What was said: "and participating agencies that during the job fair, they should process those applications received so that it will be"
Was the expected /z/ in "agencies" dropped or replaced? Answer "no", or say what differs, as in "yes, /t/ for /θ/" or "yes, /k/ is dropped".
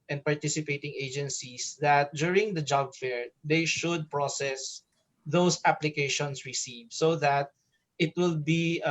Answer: yes, /s/ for /z/